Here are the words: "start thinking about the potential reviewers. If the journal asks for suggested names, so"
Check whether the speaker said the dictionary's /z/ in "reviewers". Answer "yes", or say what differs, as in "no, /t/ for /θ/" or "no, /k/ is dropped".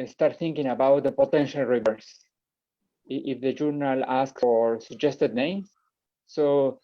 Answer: no, /s/ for /z/